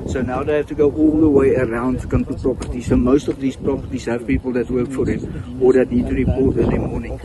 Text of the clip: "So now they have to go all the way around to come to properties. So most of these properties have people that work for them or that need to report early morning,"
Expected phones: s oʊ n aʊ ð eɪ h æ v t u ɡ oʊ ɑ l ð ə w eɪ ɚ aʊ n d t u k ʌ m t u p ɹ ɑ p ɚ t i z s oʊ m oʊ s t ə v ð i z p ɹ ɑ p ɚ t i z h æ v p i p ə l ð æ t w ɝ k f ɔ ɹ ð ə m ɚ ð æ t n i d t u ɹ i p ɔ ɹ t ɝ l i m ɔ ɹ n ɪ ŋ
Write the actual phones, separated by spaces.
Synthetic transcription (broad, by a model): s oʊ n aʊ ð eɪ h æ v t u ɡ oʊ ɑ l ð ə w eɪ ɚ aʊ n d t u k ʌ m t u p ɹ ɑ p ɚ t i s oʊ m oʊ s t ə v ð i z p ɹ ɑ p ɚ t i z h æ v p i p ə l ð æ t w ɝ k f ɔ ɹ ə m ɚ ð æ t n i d t u ɹ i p ɔ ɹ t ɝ n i m ɔ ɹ n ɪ ŋ